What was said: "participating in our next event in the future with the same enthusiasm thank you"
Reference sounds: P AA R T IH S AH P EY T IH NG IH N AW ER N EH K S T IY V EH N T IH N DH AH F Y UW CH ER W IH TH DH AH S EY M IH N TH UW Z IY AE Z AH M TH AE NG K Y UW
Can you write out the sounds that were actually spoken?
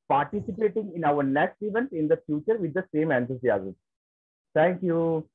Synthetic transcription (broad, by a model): P AA R T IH S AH P EY T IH NG IH N AW ER N EH K S T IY V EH N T IH N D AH F Y UW CH ER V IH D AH S EY M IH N S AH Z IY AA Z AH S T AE NG K Y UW